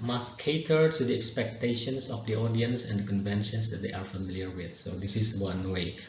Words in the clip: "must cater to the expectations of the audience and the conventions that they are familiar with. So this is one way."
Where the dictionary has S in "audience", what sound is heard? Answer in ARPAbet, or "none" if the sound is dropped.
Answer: S